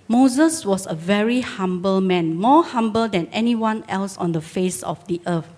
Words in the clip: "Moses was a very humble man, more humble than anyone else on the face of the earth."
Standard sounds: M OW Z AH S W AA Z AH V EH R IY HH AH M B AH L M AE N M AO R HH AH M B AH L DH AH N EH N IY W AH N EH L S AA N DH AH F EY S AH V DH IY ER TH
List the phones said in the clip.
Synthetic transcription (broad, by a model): M OW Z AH S W AA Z AH V EH R IY HH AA M B AH L M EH N M AO HH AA M B AH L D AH N EH N IY W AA N EH L S AA N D AH F EY S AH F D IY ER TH